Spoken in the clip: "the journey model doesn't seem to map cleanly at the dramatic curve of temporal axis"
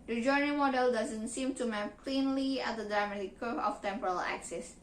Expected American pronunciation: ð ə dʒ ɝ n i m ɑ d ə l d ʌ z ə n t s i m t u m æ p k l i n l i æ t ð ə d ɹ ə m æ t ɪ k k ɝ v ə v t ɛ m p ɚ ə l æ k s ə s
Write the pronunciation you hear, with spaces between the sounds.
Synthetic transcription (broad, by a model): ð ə dʒ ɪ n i m ɑ d ə l d ʌ z ə n t s i m t u m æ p k l i n l i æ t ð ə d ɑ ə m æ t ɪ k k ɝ ə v t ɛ m p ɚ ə l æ k s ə s